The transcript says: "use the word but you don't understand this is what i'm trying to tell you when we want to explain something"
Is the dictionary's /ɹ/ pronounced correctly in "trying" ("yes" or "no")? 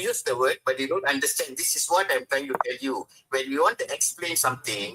yes